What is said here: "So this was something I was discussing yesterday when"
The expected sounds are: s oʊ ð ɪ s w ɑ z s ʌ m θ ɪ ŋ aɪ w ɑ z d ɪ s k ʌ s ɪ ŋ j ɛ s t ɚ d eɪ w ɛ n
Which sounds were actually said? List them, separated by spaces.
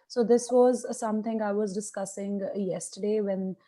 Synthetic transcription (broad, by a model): s oʊ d ɪ s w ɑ z s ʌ m t ɪ ŋ aɪ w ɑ z d ɪ s k ʌ s ɪ ŋ j ɛ s t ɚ d eɪ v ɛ n